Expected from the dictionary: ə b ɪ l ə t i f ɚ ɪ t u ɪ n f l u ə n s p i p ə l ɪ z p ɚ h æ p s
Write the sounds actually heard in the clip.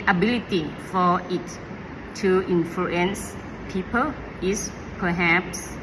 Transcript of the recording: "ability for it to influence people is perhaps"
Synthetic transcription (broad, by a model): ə b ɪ l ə t i f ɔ ɪ t u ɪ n f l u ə n s p i p ə l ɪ s p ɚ h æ p s